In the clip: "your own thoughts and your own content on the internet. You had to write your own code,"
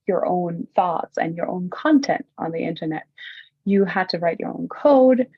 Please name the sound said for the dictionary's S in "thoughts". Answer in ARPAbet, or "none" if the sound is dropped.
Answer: S